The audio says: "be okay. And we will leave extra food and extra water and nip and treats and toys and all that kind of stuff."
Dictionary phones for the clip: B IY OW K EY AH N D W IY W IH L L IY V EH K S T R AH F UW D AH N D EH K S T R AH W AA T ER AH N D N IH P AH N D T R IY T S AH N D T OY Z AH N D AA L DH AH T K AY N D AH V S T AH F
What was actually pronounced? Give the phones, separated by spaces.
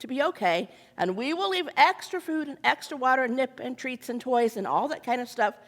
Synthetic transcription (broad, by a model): B IY OW K EY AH N W IY W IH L L IY V EH K S T R AH F UW D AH N EH K S T R AH W AA T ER AH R N IH P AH N T R IY T S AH N T OY Z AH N AA L DH AH T K AY N D AH V S T AH F